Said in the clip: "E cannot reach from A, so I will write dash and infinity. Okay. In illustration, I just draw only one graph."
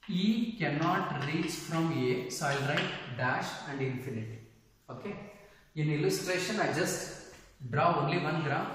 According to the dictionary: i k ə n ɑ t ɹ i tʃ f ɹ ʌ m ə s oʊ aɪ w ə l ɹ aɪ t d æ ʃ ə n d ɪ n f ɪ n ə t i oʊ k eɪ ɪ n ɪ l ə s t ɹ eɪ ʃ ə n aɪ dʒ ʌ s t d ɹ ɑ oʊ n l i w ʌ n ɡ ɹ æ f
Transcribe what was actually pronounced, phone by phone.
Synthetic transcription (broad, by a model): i k ə n ɑ t ɹ i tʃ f ɹ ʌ m ə s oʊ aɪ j l ɹ aɪ t d æ ʃ ə n d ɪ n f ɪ n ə t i oʊ k eɪ ɪ n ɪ l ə s t ɹ eɪ ʃ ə n aɪ dʒ ʌ s t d ɹ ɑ oʊ n l i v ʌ n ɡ ɹ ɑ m